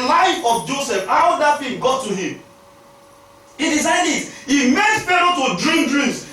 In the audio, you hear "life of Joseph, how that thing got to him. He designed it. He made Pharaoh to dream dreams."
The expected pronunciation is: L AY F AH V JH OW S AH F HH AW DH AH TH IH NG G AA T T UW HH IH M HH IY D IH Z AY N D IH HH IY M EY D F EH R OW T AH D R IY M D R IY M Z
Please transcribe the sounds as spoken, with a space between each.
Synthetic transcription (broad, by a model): L AY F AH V JH OW S AH F HH AW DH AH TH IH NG G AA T T UW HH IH M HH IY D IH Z AY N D IH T IY M EY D P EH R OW T AH D R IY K D R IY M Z